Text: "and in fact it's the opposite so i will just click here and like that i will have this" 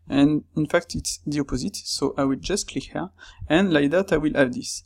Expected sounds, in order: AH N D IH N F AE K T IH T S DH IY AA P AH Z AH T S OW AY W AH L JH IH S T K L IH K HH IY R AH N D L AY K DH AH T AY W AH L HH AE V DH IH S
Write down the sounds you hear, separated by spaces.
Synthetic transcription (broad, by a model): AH N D IH N F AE K T IH T S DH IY AA P AH Z AH T S OW AY W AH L JH IH S T K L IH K HH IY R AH N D L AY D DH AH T AY W AH L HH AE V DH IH S